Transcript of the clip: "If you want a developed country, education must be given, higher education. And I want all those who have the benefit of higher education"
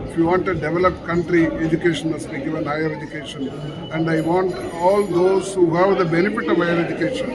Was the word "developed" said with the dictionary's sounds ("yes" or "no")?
yes